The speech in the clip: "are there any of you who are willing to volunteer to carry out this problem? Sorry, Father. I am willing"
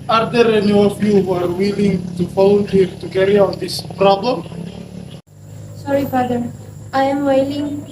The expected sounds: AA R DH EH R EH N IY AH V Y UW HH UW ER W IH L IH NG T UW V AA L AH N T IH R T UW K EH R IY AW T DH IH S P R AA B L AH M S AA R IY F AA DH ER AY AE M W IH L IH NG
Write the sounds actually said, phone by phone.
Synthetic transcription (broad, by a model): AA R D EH R EH N IY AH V Y UW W ER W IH L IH NG T UW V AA L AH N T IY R T UW K EH R IY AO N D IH S P R AA B L AH M S AA R IY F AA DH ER AY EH M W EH L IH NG